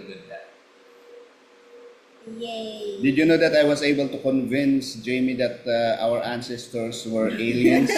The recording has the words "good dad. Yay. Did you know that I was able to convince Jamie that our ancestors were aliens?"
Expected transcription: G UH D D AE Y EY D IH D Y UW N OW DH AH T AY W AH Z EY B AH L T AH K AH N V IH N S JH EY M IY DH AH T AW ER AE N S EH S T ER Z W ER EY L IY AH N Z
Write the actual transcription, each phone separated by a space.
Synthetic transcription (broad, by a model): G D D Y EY D IH D Y UW N OW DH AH T AY W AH S EY B AH L T AH K AH N V IH N S JH EY M IY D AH T AW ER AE N S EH S T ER S W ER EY L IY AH N